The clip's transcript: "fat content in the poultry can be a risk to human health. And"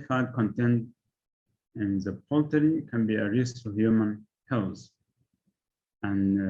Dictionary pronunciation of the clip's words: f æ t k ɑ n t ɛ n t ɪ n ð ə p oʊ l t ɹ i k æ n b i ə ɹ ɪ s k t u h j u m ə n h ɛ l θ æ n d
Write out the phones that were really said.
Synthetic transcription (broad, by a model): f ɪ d k ɑ n t ɛ n t ɪ n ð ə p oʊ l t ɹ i k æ n b i ə ɹ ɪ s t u h j u m ə n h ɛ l s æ n